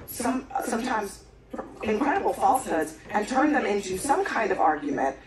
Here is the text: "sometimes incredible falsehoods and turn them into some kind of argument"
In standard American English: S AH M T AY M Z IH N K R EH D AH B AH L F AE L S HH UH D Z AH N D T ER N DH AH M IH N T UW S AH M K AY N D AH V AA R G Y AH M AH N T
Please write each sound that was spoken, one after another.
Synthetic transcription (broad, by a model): S AH M T AY M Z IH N K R EH D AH B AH L F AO L S HH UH D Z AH N T ER N DH AH M IH N T UW S AH M K AY N D AH V AA R G Y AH M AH N T